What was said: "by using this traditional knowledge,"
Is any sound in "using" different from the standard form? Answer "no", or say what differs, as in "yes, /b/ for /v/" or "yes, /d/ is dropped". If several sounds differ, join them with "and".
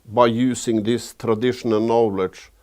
yes, /s/ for /z/